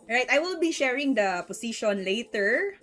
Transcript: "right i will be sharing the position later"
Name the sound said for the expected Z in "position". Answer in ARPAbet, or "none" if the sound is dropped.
S